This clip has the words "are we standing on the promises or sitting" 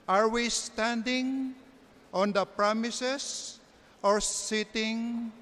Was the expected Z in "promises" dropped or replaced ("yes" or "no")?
yes